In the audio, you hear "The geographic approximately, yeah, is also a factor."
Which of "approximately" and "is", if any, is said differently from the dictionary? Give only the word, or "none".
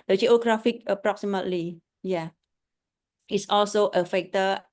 is